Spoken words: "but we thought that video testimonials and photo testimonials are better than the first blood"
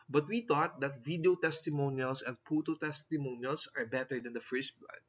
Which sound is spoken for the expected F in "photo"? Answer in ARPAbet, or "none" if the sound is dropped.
P